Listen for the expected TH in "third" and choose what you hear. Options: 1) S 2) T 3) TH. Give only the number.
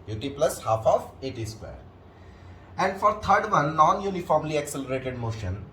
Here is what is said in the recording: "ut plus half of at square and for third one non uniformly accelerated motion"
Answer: 2